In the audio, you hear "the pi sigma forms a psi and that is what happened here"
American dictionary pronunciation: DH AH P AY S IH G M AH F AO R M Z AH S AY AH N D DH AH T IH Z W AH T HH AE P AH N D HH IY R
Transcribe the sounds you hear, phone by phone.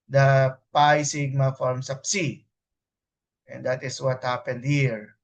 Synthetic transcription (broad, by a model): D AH P AY S IH G M AH F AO R M S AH S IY AH N D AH T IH S W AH T HH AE P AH N D HH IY R